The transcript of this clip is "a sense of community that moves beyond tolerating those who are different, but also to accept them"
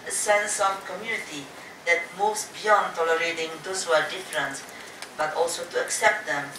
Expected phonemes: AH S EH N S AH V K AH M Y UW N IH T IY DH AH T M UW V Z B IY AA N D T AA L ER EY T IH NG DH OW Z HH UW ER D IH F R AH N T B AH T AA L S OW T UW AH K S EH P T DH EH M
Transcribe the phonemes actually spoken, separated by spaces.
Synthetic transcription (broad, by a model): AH S EH N S AH V K AH M Y UW N IH T IY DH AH T M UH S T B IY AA N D T AA L ER EY T IH NG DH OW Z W ER D IH F R AH N T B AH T AA L S OW T UW AH K S EH P T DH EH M